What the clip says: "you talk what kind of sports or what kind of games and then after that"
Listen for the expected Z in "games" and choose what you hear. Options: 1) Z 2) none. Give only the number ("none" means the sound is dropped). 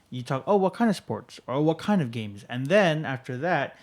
1